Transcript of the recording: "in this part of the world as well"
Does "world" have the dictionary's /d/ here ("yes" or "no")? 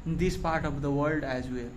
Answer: yes